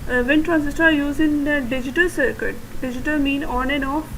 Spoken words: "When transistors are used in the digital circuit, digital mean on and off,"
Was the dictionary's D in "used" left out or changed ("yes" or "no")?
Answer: yes